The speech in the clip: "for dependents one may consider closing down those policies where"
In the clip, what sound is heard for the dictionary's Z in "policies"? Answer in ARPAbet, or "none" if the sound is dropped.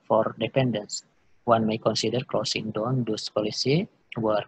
none